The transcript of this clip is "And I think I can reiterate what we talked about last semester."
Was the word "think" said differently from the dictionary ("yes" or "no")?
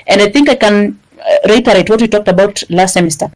no